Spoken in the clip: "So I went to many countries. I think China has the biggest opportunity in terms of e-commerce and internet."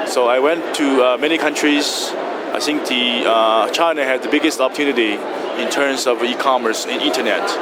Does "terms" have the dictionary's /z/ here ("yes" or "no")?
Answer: no